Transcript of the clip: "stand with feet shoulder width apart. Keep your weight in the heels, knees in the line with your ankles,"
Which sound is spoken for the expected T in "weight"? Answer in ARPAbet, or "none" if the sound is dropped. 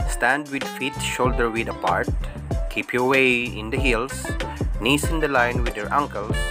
none